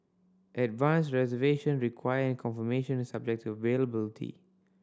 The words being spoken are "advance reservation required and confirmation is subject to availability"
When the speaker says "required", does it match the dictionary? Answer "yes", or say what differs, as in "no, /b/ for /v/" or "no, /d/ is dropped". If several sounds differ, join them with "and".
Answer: no, /d/ is dropped